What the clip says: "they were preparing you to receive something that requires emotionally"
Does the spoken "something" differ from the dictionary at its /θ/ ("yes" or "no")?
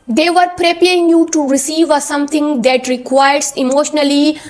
yes